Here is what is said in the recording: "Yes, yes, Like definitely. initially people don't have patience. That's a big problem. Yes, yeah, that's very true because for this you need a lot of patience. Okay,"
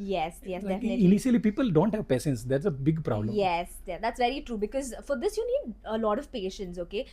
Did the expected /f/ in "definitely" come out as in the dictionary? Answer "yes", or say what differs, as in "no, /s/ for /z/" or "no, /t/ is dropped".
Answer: no, /f/ is dropped